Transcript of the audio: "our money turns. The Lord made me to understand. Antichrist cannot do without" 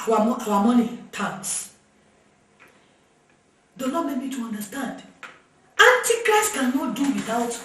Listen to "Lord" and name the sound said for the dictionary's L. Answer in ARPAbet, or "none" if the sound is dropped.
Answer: N